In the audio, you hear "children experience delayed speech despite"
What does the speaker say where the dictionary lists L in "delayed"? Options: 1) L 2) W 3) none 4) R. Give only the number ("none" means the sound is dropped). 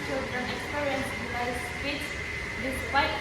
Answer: 3